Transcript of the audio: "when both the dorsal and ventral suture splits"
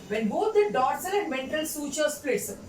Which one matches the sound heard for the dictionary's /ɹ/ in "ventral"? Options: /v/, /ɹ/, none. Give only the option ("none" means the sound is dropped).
none